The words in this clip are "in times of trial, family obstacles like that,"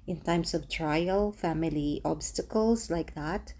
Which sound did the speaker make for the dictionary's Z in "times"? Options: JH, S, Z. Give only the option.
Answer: S